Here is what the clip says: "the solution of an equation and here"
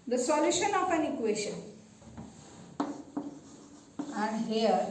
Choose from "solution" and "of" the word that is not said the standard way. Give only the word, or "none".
of